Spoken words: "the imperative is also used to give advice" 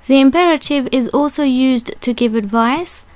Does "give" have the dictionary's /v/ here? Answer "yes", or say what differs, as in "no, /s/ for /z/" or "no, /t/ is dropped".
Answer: yes